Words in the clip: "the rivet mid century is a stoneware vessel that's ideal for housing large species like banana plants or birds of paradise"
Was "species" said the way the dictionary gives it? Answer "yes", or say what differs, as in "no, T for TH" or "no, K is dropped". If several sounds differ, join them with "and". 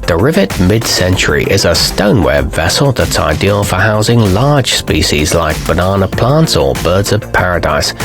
yes